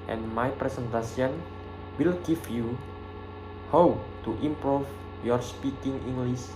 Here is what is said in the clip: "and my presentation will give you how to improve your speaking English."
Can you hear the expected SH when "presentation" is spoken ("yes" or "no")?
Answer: no